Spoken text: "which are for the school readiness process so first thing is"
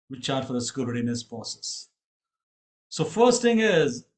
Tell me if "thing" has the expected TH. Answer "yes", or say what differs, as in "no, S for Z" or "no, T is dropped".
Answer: no, T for TH